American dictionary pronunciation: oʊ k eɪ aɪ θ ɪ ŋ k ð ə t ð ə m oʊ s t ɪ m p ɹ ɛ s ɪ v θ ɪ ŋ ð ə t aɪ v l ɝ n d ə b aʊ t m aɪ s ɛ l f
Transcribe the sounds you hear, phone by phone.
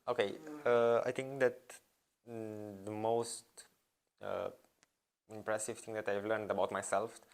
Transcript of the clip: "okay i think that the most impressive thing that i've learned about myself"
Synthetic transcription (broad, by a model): oʊ k eɪ aɪ t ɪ ŋ k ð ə t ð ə m oʊ s t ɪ m p ɹ ɛ s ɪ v t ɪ ŋ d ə t aɪ v l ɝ n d ə b aʊ t m aɪ s ɛ l f